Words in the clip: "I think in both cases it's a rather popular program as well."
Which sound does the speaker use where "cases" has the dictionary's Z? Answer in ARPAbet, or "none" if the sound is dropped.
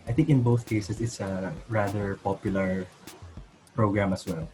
S